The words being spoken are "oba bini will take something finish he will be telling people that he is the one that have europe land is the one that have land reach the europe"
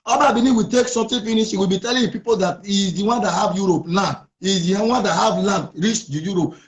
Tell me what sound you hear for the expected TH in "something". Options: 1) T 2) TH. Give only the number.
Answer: 1